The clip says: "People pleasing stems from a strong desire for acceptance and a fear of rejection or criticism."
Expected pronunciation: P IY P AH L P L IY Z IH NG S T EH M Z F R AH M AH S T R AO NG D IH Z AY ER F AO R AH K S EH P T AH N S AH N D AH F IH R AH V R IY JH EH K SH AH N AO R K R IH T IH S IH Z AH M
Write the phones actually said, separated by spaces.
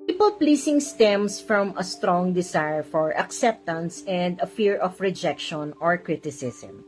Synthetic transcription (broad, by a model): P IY P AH L P L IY S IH NG S T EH M S F R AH M AH S T R AO NG D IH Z AY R F AO R AH K S EH P T AH N S AH N D AH F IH R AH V R IY JH EH K SH AH N AO R K R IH T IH S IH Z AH M